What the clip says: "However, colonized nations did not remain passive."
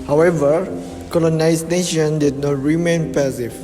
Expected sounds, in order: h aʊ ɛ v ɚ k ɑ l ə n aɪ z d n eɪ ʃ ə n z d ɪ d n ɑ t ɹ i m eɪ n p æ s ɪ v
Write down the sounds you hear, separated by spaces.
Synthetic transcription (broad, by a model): h aʊ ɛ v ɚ k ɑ l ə n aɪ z n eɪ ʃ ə n d ɪ d n ɑ t ɹ i m eɪ n p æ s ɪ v